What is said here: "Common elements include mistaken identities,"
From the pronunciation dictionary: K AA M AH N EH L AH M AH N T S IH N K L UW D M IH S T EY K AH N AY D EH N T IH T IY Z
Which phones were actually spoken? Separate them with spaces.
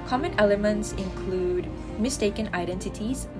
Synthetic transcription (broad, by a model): K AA M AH N EH L AH M AH N T S IH N K L UW D M IH S T EY K AH N AY D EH N T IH T IY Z